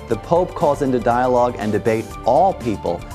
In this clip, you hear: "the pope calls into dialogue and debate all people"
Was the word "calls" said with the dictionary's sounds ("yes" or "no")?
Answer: yes